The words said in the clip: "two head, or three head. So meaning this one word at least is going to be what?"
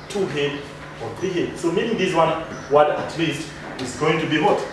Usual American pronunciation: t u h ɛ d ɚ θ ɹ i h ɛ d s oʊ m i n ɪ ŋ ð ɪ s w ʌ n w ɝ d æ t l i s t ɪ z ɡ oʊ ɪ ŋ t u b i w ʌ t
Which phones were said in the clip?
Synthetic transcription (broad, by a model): t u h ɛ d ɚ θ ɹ i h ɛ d s oʊ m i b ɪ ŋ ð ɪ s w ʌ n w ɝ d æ t l i s t ɪ z ɡ oʊ ɪ ŋ t u b i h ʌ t